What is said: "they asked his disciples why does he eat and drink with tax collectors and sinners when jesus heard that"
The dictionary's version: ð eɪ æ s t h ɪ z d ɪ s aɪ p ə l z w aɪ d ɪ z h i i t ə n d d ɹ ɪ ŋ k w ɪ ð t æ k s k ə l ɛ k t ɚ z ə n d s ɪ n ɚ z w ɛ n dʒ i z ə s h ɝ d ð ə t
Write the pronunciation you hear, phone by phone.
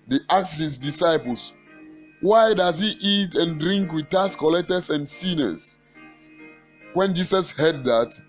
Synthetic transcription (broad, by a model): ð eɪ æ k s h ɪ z d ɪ s aɪ p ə l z w aɪ d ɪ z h i i t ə n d d ɹ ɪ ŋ k w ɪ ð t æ s k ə l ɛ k t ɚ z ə n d s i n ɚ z w ɛ n dʒ i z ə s h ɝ d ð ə t